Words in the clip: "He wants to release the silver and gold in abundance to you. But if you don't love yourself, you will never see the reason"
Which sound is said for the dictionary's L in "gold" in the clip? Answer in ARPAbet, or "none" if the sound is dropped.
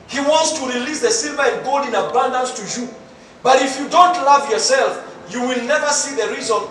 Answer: L